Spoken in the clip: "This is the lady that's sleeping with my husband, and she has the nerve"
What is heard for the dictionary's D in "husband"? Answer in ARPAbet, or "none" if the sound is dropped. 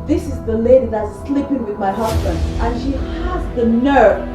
D